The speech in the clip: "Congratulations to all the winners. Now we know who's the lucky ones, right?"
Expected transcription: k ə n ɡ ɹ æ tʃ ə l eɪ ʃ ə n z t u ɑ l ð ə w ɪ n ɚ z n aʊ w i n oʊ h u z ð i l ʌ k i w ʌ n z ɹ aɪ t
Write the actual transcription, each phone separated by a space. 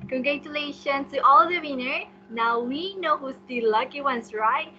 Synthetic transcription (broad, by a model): k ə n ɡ ɹ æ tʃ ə l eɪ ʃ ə n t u ɑ l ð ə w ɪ n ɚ n aʊ w i n oʊ h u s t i l ʌ k i w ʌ n s ɹ aɪ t